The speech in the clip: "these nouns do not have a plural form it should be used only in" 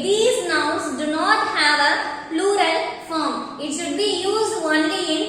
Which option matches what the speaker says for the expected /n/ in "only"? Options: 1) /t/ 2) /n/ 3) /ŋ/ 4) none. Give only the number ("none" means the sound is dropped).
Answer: 2